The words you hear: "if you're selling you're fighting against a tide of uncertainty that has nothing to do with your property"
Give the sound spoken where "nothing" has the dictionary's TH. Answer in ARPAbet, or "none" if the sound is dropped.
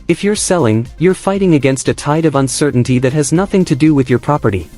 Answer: TH